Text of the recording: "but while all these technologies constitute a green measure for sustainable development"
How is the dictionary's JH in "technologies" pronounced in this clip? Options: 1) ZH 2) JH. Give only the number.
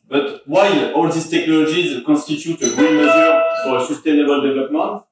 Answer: 1